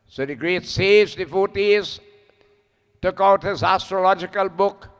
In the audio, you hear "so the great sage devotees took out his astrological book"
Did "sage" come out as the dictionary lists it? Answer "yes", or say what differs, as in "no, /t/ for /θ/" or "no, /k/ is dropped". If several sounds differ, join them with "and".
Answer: no, /z/ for /dʒ/